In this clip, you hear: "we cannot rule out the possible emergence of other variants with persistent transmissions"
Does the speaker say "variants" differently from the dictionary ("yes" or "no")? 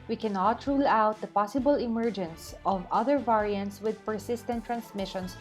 no